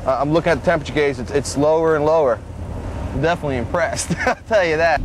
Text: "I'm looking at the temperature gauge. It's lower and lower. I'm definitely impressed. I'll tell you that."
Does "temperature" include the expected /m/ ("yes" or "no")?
no